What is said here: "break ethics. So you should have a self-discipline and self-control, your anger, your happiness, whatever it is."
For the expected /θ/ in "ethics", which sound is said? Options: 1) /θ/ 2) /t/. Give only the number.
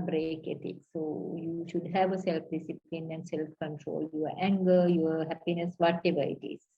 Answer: 2